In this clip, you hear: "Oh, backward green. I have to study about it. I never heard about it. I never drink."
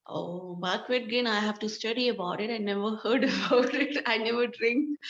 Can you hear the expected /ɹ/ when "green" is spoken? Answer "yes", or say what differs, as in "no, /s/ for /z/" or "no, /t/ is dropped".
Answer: no, /ɹ/ is dropped